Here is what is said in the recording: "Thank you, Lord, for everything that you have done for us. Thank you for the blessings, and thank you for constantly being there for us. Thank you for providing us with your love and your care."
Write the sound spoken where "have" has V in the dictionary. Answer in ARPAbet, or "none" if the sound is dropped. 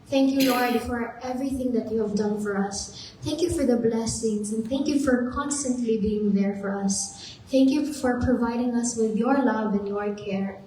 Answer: V